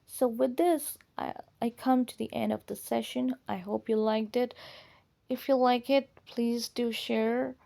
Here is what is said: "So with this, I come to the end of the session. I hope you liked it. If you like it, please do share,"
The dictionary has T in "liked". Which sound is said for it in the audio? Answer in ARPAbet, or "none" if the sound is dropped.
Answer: T